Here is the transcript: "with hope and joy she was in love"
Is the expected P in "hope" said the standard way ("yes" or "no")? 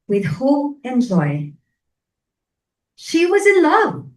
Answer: no